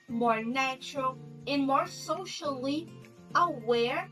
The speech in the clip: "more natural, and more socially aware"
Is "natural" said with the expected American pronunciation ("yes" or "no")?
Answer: yes